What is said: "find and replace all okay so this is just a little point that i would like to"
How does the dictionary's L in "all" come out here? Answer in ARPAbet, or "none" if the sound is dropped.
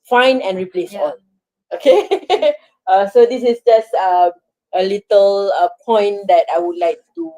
N